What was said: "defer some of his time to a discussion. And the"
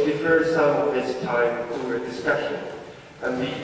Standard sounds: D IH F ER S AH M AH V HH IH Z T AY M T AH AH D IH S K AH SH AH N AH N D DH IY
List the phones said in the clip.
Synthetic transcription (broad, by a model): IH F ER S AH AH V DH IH S T AY M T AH AH D IH S K AH SH AH N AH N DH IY